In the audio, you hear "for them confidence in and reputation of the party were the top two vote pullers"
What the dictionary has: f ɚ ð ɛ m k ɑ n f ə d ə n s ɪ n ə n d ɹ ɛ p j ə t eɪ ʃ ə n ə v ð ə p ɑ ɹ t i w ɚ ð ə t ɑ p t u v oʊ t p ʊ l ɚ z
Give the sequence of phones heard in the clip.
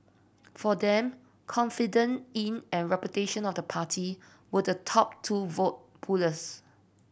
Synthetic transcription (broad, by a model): f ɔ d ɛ m k ɑ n f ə d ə n ɪ n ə n ɹ ɛ p j ə t eɪ ʃ ə n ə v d ə p ɑ t i w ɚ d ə t ɑ p t u v oʊ t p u l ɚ s